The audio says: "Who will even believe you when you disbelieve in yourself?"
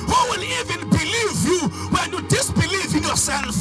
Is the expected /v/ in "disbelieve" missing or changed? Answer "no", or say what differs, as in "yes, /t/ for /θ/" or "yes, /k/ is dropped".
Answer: no